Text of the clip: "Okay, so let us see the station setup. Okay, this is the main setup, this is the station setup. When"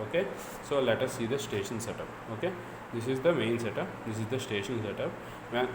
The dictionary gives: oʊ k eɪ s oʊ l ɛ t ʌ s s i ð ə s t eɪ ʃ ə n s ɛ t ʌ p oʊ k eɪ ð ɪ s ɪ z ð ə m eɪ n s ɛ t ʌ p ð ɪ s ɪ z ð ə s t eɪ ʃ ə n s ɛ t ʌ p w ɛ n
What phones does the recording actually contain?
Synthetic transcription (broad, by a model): oʊ k eɪ s oʊ l ɛ t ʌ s s i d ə s t eɪ ʃ ə n s ɛ t ʌ p oʊ k eɪ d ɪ s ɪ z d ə m eɪ n s ɛ t ʌ p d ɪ s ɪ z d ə s t eɪ ʃ ə n s ɛ t ʌ p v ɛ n